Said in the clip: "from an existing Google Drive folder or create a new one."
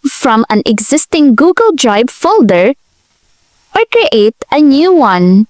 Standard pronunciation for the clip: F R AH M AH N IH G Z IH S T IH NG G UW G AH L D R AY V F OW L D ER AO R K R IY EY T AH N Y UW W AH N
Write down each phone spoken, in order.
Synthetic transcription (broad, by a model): F R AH M AH N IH G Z IH S T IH NG G UW G AH L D R AY B F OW L D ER AO R K R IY EY T AH N Y UW W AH N